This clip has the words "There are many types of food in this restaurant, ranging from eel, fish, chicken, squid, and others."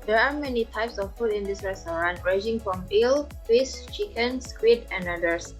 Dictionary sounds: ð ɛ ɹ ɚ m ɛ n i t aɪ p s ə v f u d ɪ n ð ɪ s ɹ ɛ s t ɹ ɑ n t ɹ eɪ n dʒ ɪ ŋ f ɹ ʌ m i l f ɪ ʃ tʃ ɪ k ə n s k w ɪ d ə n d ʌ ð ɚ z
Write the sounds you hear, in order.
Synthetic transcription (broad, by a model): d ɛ ɹ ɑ m ɛ n i t aɪ p s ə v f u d ɪ n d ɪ s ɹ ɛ s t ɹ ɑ n ɹ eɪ dʒ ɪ ŋ f ɹ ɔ m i l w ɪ s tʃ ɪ k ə n s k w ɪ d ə n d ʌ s